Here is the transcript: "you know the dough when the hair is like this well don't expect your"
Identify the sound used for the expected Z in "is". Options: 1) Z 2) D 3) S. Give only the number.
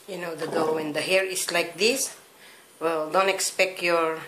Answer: 3